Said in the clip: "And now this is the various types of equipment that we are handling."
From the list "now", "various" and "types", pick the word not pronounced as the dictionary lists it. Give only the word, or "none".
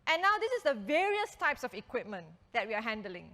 none